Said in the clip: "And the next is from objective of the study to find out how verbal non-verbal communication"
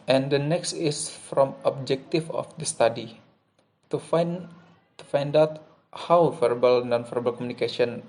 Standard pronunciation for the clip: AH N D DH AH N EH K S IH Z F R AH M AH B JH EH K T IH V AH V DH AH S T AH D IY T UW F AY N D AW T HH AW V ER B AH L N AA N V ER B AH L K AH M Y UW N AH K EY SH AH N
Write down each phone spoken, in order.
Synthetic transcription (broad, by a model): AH N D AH N EH K S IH S F R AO M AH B JH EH K T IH F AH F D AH S T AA D IY T UW F AY N D AW T HH AW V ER B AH L N AA N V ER B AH L K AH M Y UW N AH K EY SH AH N